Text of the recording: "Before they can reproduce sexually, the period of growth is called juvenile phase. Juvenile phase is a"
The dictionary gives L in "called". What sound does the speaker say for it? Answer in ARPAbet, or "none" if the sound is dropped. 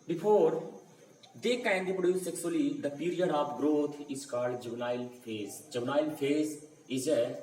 none